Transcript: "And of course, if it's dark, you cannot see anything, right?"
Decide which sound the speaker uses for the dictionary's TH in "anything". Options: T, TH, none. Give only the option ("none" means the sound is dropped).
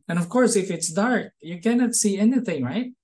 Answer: TH